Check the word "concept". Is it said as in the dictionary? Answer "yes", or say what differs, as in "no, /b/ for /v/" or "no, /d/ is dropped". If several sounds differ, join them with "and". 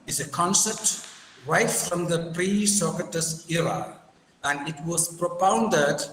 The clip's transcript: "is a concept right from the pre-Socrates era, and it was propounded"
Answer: no, /p/ is dropped